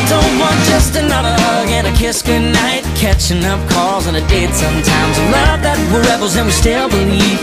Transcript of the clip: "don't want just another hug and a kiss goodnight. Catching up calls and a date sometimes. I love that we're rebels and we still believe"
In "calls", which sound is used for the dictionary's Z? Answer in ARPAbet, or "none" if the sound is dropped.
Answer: Z